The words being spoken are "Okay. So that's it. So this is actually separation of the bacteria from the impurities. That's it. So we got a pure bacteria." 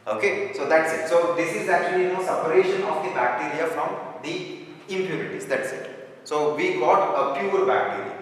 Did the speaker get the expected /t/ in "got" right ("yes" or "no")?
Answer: yes